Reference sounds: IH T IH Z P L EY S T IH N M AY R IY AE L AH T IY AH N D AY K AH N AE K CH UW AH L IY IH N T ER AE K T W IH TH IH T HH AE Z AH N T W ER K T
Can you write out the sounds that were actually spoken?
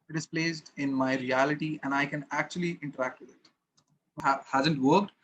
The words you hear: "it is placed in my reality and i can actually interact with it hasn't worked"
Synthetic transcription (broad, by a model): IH T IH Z P L EY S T IH N M AY R IY AE L AH T IY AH N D AY K AH N AE K CH UW AH L IY IH N T ER AE K T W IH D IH T HH AE Z AH N T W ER K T